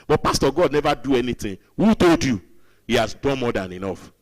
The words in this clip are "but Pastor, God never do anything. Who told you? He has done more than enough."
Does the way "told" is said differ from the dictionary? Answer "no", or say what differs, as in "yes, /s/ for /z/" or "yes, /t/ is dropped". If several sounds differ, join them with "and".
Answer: no